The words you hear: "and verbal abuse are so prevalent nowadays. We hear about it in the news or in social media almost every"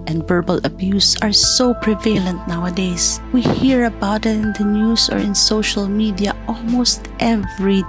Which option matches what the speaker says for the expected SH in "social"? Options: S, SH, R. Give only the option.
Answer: SH